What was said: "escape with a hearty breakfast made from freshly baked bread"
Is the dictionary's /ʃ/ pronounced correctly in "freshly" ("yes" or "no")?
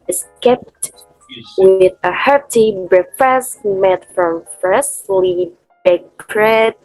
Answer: no